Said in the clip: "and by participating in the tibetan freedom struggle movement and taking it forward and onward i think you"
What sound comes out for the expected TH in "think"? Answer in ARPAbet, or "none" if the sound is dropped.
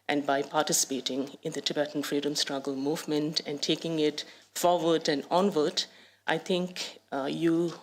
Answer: T